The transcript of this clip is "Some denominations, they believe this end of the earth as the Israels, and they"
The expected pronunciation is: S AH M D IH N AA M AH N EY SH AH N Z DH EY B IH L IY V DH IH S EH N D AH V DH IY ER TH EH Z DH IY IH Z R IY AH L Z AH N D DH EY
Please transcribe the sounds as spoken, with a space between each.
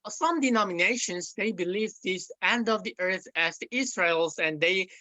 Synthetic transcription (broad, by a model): S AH M D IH N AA M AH N EY SH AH N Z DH EY B IH L IY V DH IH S EH N D AH V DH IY ER TH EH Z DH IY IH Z R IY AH L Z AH N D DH EY